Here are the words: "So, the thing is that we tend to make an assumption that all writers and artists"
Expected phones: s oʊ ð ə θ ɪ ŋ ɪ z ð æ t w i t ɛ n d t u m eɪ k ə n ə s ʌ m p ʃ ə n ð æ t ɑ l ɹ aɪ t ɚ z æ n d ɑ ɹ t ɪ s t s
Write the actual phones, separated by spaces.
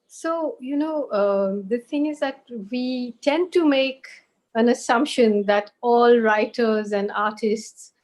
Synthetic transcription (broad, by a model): s oʊ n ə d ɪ ŋ ɪ z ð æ t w i t ɛ n d t u m eɪ k ə n ə s ʌ m p ʃ ə n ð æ t ɑ l ɹ aɪ t ɚ z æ n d ɑ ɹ t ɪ s t s